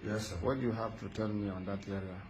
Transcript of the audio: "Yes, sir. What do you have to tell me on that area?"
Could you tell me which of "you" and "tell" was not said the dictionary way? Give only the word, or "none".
tell